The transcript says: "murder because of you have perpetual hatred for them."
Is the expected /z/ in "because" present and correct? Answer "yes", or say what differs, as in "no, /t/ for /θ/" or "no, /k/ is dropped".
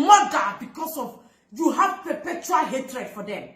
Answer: no, /s/ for /z/